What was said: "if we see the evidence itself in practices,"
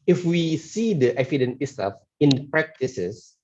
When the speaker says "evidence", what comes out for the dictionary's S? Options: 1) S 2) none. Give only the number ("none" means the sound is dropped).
2